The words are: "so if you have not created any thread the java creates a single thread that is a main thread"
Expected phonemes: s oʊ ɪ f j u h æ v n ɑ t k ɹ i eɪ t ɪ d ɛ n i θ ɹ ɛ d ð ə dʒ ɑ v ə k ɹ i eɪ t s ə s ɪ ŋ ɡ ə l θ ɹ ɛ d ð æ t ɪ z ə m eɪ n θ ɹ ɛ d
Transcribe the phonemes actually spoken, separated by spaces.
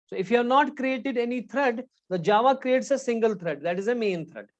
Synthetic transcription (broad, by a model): s oʊ ɪ f j u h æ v n ɑ t k ɹ i eɪ t ɪ d ɛ n i t ɹ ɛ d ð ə dʒ ɑ v ə k ɹ i eɪ t s ə s ɪ ŋ ɡ ə l t ɹ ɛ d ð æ t ɪ z ə m eɪ n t ɹ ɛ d